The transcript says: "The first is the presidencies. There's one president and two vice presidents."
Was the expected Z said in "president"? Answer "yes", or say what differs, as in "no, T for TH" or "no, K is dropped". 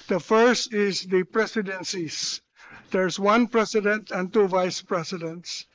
no, S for Z